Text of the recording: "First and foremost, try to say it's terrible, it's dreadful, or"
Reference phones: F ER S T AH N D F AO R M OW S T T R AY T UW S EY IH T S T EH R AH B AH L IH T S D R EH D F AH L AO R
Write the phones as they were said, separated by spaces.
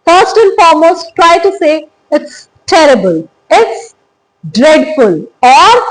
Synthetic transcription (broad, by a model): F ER S T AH N F AO R M OW S T T R AY T UW S EY IH T S T EH R AH B AH L IH T S D R EH D F AH L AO R